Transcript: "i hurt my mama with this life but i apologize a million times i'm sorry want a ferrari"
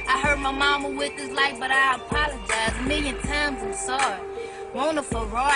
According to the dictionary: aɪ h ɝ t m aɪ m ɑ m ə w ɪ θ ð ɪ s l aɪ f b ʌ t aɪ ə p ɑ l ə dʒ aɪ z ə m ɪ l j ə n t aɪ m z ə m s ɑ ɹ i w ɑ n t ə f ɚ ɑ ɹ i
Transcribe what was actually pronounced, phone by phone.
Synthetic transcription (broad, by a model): aɪ h ɝ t m aɪ m ɑ m ə w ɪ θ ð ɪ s l aɪ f b ʌ t aɪ ə p ɑ l ə dʒ aɪ z m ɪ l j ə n t aɪ m z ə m s ɑ ɹ i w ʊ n ə f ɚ ɹ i